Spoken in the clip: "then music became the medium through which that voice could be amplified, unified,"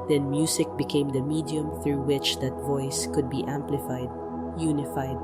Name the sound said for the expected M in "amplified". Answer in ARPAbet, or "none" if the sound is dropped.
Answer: M